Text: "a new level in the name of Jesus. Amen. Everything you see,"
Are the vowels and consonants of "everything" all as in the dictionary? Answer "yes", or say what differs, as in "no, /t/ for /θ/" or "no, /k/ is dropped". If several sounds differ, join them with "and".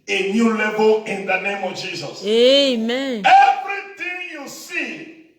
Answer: no, /t/ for /θ/